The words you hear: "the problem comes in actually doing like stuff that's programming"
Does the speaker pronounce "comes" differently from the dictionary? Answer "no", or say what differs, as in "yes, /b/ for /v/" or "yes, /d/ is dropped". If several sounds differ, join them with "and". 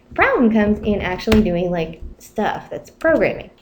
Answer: no